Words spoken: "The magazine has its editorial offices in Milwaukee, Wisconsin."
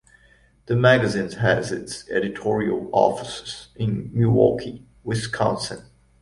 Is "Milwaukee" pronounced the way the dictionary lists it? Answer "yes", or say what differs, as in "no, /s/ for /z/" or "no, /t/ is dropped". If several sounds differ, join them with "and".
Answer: no, /l/ is dropped